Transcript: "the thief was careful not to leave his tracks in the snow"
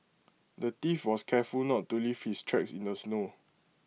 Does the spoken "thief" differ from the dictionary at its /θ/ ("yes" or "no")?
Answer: yes